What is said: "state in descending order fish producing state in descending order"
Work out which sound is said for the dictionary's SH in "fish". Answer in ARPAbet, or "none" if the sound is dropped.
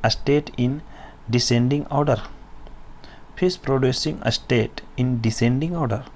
S